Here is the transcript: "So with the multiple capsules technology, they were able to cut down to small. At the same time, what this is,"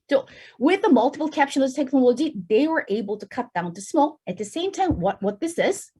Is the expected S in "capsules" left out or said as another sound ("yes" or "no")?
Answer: yes